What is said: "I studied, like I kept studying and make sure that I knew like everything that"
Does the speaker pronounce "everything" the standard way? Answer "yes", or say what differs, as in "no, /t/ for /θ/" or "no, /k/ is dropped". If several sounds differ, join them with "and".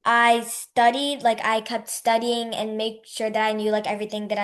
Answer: yes